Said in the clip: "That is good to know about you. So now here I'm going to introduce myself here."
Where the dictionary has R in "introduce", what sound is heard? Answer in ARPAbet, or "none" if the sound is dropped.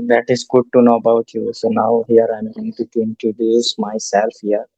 none